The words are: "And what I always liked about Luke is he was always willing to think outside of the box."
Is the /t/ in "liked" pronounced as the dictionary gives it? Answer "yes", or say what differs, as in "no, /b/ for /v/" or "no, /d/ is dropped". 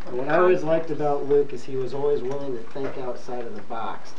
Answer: yes